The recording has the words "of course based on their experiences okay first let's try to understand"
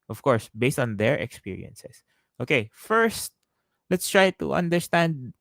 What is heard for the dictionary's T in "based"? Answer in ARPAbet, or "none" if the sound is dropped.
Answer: T